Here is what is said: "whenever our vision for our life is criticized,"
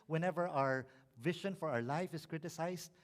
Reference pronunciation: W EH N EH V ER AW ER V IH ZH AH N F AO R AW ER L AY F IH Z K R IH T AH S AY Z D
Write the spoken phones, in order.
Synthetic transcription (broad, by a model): W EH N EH V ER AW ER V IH SH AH N F AO R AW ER L AY F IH S K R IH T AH S AY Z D